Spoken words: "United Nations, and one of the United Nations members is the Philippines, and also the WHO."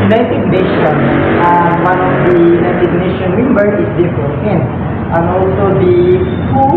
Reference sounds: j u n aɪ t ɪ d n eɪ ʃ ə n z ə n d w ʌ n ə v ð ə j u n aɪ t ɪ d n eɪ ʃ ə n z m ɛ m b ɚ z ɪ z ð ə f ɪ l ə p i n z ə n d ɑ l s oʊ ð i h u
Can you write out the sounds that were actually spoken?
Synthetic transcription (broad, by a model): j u n aɪ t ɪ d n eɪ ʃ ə n s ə w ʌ n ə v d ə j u n aɪ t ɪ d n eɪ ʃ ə n m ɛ m b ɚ s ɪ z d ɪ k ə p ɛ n ə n ɑ l s oʊ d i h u